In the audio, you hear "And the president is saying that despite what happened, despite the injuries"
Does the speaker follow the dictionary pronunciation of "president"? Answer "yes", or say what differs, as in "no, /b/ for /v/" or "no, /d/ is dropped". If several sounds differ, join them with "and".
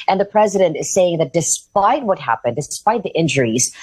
yes